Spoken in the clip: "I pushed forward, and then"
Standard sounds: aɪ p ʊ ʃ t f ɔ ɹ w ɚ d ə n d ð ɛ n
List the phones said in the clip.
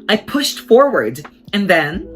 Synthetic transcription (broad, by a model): aɪ p ʊ ʃ t f ɔ ɹ w ɚ d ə n ð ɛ n